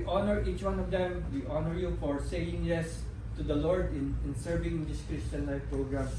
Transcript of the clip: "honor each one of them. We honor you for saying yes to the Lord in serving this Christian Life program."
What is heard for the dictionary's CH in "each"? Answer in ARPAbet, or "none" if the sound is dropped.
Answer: CH